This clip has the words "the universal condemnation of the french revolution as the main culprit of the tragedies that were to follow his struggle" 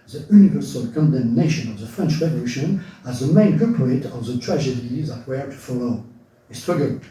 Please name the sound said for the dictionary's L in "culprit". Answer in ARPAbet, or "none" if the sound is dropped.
none